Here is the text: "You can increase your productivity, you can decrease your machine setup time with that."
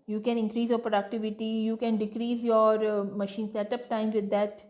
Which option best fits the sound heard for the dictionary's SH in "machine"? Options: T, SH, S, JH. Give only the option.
SH